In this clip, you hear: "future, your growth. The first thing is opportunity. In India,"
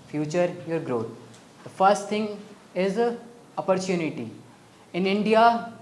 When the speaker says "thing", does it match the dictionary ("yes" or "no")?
no